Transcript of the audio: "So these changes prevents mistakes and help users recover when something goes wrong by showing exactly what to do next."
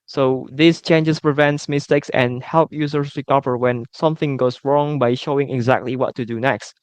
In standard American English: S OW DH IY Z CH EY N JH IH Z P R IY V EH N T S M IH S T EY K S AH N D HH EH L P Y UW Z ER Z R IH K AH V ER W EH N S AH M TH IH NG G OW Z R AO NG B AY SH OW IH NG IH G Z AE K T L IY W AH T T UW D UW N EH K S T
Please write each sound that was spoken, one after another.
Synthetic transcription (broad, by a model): S OW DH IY S CH EY N JH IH S P R IY V EH N T S M IH S T EY K S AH N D HH EH L P Y UW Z ER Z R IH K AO P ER W EH N S AH M TH IH NG G OW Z R AO NG B AY SH OW IH NG IH G Z AE K T L IY W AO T T UW D UW N EH K S T